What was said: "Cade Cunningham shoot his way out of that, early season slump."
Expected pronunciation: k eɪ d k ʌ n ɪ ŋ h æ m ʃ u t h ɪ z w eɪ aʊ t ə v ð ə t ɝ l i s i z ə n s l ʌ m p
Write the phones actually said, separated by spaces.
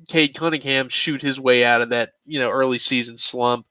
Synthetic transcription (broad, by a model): k eɪ d k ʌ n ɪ ŋ h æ m ʃ u t h ɪ z w eɪ aʊ t ə v ð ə t ɝ l i s i z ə n s l ʌ m p